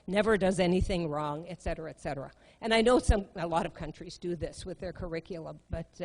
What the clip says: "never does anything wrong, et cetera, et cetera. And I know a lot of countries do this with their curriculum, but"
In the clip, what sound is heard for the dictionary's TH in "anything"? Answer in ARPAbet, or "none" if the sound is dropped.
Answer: TH